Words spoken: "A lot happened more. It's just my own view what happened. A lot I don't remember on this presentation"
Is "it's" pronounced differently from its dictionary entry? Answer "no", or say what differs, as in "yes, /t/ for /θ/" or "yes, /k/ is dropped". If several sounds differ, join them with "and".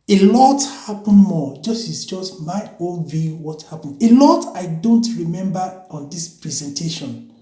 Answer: yes, /s/ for /t/